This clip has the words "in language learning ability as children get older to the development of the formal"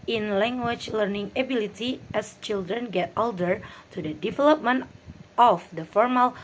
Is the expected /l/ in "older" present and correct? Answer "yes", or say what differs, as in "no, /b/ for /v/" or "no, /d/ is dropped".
yes